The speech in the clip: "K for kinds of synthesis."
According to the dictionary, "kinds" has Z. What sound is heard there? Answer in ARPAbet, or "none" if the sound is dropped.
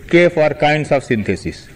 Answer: S